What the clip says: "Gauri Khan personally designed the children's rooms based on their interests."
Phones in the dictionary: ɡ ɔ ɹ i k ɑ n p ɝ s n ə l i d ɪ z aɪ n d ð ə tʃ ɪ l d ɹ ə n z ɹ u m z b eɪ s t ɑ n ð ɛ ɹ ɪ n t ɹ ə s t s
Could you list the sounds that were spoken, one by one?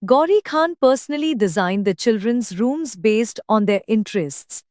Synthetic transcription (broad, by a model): ɡ ɔ ɹ i k ɑ n p ɝ s n ə l i d ɪ z aɪ n d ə tʃ ɪ l d ɹ ə n z ɹ u m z b eɪ s t ɑ n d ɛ ɹ ɪ n t ɹ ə s t s